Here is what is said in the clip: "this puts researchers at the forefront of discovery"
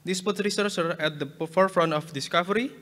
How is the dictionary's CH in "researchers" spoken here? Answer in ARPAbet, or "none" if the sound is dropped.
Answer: S